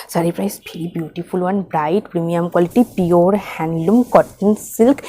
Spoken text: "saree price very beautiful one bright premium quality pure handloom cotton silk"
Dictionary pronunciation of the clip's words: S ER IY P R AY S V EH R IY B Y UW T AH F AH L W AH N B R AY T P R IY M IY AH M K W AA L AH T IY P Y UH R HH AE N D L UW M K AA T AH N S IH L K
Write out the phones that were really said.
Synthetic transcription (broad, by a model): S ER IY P R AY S P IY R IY B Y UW T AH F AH L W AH N B R AY T P R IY M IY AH M K W AA L AH T IY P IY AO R HH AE N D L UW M K AA T AH N S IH L K